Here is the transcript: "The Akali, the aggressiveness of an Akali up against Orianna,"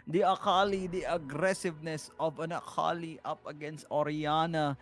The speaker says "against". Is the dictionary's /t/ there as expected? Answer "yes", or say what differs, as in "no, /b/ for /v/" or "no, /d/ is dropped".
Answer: yes